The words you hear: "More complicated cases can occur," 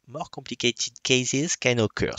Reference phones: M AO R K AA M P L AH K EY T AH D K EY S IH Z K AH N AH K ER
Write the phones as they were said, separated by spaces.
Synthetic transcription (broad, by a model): M AO R K AA P L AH K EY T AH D K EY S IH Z K AH N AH K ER